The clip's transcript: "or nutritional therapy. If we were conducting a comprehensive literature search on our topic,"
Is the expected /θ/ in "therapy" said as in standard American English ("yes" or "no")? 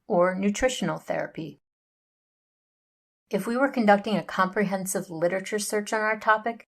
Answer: yes